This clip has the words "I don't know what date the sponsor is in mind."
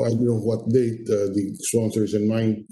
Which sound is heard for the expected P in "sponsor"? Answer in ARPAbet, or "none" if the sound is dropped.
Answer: none